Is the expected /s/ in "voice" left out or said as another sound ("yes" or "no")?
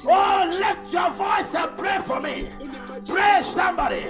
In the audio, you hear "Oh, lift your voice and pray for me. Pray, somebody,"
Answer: no